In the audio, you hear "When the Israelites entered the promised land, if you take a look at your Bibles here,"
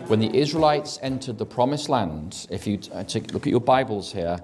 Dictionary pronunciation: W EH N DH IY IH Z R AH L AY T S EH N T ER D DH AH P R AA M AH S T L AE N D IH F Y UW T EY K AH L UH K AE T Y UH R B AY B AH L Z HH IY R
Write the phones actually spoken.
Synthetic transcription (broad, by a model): W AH N DH IY IH Z R AH L AY T S EH N T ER D DH AH P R AA M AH S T L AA N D IH F Y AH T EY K L UH K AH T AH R B AY B AH L Z HH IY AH